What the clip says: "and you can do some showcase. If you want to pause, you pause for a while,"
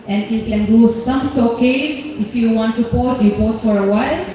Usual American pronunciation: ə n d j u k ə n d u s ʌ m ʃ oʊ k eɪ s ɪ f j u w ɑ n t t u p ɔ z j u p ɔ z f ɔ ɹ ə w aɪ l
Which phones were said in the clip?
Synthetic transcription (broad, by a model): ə n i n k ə n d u s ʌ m s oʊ k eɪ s ɪ f j u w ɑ n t t u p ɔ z j u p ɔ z f ɔ ɹ ə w aɪ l